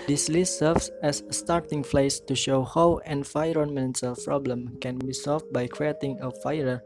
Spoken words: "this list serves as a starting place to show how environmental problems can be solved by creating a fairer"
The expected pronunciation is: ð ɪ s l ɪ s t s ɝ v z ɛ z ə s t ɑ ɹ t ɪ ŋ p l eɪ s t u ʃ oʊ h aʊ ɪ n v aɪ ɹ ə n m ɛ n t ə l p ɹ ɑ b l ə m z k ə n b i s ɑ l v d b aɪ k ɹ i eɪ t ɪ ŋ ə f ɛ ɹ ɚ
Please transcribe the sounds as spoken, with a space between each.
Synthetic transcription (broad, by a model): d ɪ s l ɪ s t s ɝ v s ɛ s t ɑ ɹ t ɪ ŋ f l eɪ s t u ʃ oʊ h aʊ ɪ n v aɪ ɹ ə n m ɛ n s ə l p ɹ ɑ b l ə m k ə n b i s ɑ l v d b aɪ k ɹ i eɪ t ɪ ŋ ə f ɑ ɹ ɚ